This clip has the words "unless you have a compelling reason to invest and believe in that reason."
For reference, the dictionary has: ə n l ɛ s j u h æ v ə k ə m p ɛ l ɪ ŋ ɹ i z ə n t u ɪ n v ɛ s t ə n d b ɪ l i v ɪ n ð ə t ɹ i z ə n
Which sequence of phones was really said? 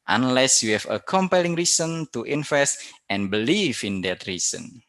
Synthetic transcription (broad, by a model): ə n l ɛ s j u h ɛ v ə k ə m p ɛ l ɪ ŋ ɹ i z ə n t u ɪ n f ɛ s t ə n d b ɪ l i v ɪ n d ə t ɹ i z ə n